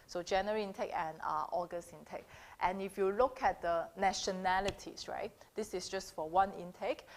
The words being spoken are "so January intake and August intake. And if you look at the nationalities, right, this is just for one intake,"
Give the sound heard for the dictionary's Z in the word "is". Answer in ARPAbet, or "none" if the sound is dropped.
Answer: S